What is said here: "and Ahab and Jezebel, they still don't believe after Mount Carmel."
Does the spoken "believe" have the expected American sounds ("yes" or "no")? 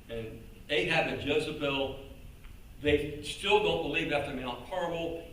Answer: yes